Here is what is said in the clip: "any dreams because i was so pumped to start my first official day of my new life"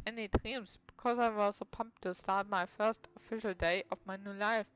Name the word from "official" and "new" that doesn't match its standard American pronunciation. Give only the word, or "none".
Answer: none